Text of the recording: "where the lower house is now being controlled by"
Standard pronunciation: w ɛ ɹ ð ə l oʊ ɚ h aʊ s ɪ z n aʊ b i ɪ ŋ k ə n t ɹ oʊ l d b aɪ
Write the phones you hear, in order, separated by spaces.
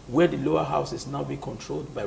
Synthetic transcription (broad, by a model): w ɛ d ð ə l oʊ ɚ h aʊ s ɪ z n aʊ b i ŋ k ə n t ɹ oʊ l d b aɪ